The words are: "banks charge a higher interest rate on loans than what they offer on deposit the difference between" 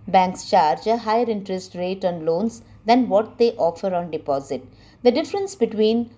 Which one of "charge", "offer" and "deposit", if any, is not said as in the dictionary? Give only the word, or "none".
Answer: none